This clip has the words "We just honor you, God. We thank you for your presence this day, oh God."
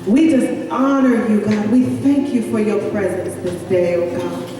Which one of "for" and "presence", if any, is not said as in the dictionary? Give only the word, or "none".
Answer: none